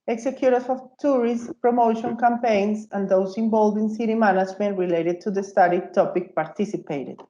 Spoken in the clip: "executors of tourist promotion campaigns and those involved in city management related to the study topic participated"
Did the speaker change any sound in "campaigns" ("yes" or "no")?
yes